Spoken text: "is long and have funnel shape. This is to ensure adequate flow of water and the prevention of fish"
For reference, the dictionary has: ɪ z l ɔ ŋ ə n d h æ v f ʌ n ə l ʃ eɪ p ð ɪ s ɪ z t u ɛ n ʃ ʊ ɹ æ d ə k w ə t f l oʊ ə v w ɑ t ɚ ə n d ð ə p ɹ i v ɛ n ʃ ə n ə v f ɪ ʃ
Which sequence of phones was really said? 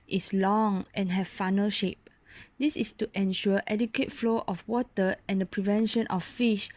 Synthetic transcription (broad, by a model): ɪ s l ɔ ŋ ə n h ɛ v f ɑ n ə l ʃ eɪ p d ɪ s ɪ s t u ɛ n ʃ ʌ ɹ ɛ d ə k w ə t f l oʊ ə f w ɑ t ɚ ə n d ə p ɹ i v ɛ n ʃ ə n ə f f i ʃ